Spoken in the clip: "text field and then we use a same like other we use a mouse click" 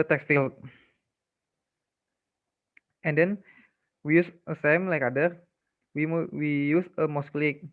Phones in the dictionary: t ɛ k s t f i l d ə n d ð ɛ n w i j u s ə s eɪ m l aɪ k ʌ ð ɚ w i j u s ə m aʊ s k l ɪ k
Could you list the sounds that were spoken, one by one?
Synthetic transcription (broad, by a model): t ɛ k s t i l ə n d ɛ n w i j u s ə s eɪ m l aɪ k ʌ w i w i j u s ə m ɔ s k l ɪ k